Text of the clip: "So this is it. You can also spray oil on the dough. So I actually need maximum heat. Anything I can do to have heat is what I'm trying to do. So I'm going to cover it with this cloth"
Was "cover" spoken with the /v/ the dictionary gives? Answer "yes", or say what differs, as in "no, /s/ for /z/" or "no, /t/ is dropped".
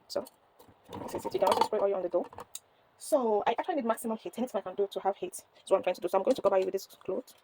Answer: no, /b/ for /v/